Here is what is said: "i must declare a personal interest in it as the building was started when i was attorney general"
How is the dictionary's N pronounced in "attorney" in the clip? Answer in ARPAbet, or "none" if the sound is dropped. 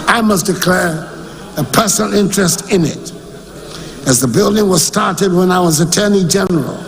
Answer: N